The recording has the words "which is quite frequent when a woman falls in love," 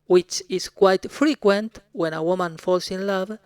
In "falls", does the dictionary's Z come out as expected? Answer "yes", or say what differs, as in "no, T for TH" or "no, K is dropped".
no, S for Z